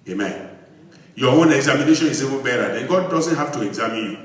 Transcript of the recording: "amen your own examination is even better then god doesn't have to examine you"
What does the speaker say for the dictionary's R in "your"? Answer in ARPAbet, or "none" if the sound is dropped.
W